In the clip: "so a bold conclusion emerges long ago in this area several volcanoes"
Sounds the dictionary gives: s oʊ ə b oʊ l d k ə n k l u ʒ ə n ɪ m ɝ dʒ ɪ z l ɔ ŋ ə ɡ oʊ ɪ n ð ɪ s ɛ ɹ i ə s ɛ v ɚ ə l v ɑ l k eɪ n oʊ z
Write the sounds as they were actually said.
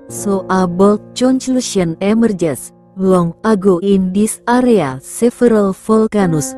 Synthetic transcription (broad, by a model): s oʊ ə b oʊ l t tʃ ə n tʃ l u ʃ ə n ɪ m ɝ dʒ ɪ s l ɔ ŋ ə ɡ oʊ ɪ n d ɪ s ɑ ɹ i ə s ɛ f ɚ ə l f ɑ l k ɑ n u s